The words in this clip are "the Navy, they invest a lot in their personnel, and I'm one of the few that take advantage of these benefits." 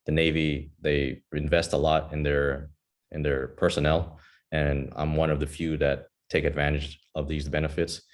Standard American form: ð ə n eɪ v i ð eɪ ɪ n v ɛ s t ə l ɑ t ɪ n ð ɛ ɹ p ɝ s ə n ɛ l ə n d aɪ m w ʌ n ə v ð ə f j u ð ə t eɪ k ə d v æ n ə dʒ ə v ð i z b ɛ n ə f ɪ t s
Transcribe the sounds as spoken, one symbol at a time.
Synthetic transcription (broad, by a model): ð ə n eɪ v i ð eɪ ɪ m v ɛ s t ə l ɑ t ɪ n ð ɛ ɹ p ɝ s ə n ɛ l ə n aɪ m w ʌ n ə v ð ə f j u ð ə t eɪ k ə d v æ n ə dʒ ə v ð i z b ɛ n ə f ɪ t s